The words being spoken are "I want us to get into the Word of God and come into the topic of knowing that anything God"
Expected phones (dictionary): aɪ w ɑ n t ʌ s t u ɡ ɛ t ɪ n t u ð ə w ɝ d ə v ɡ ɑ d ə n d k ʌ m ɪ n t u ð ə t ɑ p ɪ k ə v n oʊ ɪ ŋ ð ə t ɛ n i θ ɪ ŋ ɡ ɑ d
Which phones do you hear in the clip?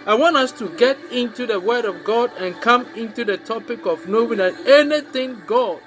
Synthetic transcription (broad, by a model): aɪ w ɑ n t ʌ s t u ɡ ɛ t ɪ n t u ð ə w ɝ d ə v ɡ ɑ d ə n k ʌ m ɪ n t u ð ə t ɑ p ɪ k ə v n oʊ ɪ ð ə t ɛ n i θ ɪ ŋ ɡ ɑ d